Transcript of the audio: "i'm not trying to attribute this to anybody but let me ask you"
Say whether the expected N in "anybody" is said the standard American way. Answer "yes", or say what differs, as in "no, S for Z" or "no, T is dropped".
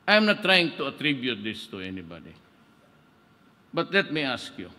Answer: yes